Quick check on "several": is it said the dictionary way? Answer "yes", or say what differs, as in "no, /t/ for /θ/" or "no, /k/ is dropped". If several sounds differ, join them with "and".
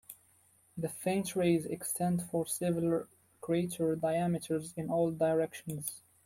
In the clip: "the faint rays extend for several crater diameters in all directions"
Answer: no, /ɹ/ is dropped